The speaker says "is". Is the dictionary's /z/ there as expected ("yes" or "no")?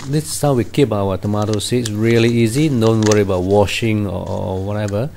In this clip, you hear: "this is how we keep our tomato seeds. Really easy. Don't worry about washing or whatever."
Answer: no